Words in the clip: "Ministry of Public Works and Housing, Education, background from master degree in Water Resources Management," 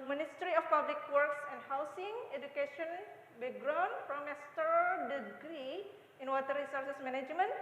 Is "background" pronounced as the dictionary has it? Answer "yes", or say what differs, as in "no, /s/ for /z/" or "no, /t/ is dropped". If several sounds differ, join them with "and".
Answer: no, /k/ is dropped